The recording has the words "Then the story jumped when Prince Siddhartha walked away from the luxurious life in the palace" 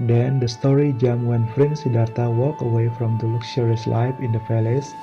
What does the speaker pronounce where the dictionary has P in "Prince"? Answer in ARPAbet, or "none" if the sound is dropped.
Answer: F